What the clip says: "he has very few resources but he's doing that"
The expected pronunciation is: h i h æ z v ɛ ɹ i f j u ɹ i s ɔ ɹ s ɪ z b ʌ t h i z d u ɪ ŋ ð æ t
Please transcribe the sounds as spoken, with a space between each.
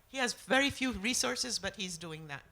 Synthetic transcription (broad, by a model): h i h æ z v ɛ ɹ i f j u ɹ i s ɔ ɹ s ɪ z b ʌ t h i z d u ɪ ŋ ð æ t